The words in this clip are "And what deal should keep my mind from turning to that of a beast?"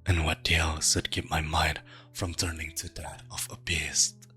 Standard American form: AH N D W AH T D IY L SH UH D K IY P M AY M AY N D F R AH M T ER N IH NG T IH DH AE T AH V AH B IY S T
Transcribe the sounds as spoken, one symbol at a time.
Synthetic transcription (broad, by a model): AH N W AH T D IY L S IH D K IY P M AY M AY N D F R AH M T ER N IH NG T IH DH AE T AH V AH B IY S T